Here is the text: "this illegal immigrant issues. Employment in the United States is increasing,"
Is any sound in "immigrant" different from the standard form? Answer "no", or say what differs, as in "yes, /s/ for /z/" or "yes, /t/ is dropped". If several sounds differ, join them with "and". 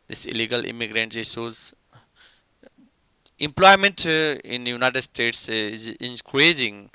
no